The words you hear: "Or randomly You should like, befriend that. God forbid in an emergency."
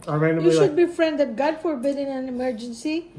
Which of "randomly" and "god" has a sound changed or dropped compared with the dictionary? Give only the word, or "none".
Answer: randomly